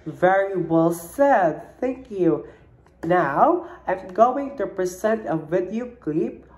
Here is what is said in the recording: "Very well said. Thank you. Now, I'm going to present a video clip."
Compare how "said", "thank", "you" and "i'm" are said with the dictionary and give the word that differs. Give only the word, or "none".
none